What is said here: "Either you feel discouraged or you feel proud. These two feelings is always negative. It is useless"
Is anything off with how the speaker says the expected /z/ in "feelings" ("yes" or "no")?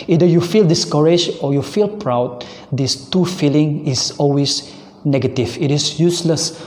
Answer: yes